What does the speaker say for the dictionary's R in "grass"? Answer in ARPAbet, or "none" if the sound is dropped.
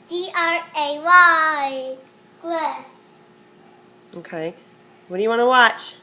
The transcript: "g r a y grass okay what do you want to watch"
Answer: L